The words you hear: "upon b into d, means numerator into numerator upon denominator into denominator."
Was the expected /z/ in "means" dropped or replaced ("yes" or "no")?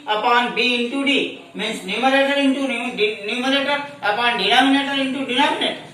yes